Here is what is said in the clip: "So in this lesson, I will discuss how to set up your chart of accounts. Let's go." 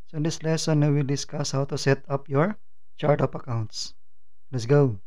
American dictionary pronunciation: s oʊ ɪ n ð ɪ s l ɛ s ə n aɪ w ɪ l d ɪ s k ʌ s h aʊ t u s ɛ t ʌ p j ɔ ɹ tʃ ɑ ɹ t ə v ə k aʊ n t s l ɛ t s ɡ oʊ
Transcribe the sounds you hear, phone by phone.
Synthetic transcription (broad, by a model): s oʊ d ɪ s l ɛ s ə n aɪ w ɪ l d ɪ s k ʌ s h aʊ t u s ɛ t ʌ p j ɔ ɹ tʃ ɑ ɹ t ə p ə k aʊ n t s l ɛ t s ɡ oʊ